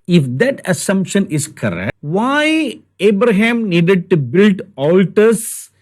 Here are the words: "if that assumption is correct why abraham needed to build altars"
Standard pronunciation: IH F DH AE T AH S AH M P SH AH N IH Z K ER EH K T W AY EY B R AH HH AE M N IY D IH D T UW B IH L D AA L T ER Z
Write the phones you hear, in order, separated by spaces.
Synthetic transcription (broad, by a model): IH F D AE T AH S AH M P SH AH N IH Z K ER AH T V AY EY B R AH HH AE M N IY D IH D T UW B IH L D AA L T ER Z